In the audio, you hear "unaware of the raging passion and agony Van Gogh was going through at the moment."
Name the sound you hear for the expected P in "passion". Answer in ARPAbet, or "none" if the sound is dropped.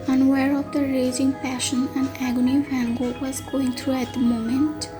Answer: P